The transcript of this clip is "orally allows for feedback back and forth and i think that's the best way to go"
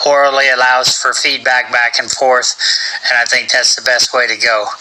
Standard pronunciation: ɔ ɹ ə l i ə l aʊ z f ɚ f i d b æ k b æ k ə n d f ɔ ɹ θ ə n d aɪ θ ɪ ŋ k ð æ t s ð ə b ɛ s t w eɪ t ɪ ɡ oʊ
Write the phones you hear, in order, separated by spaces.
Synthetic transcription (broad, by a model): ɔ ɹ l l i ə l aʊ z f ɚ f i d b æ k b æ k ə n f ɔ ɹ θ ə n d aɪ θ ɪ ŋ k ð æ t s ð ə b ɛ s t w eɪ t ɪ ɡ oʊ